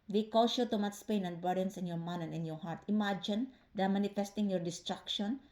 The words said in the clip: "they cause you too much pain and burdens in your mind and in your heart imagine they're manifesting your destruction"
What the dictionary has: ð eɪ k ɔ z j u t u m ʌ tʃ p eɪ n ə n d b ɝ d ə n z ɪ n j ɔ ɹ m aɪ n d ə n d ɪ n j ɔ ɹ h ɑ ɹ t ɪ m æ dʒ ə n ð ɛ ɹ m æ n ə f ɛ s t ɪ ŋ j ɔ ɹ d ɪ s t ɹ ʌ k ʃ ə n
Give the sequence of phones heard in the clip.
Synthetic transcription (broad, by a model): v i k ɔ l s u t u m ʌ s p eɪ n ə n d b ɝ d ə n s ɪ n j ɔ ɹ m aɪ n ə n ɪ n j ɔ ɹ h ɑ ɹ t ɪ m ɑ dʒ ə n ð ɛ m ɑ n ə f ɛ s t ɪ ŋ j ɔ ɹ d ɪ s t ɹ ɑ k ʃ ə n